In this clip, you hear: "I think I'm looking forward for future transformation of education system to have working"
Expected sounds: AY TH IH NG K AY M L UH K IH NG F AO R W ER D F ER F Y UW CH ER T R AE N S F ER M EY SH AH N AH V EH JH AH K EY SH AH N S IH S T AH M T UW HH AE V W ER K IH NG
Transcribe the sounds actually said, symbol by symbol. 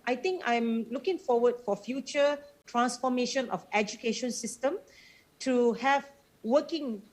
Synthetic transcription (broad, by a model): AY T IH NG K AY M L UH K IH NG F AO W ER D F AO F Y UW CH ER T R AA N S F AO M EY SH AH N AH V EH JH AH K EY SH AH N S IH S T AH M T UW HH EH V W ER K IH NG